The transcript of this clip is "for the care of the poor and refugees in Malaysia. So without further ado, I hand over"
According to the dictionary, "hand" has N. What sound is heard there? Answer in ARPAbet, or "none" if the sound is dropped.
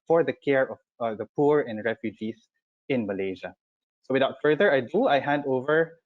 N